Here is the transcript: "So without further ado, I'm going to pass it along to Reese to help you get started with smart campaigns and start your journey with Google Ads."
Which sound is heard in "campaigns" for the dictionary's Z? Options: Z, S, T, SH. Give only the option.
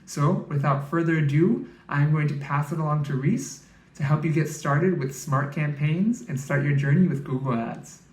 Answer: Z